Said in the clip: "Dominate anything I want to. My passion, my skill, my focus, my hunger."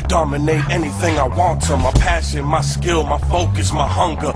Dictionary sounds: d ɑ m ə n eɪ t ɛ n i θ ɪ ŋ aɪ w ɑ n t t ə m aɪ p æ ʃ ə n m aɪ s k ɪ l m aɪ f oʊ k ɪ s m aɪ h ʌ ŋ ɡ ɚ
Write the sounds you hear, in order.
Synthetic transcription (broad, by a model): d ɑ m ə n eɪ t ɛ n i θ ɪ ŋ aɪ w ɑ n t t ə m aɪ p æ ʃ ə n m aɪ s k ɪ l m aɪ f oʊ k ɪ s m aɪ h ʌ ŋ ɡ ɚ